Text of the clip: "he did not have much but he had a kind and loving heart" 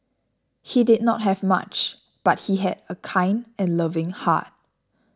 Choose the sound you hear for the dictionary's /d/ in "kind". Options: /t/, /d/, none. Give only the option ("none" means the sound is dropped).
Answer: /d/